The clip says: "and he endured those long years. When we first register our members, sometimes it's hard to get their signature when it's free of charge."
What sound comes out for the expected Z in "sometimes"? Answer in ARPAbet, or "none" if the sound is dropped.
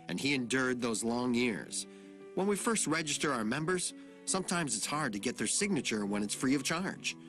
Z